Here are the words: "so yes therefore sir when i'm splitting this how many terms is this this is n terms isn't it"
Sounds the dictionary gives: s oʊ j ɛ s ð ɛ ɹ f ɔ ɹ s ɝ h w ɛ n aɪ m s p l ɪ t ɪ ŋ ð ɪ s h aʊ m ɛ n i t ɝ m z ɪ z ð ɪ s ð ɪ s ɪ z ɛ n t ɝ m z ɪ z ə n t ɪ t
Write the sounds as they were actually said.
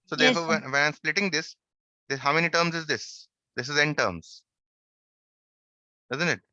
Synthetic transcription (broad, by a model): s oʊ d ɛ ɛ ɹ f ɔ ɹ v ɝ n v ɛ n aɪ m s p l ɪ t ɪ ŋ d ɪ s h aʊ m ɛ n i t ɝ m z ɪ z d ɪ s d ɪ s ɪ z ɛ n t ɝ m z ɪ z ə n t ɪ t